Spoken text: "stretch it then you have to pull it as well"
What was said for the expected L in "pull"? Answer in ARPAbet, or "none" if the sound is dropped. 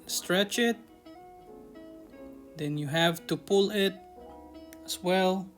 L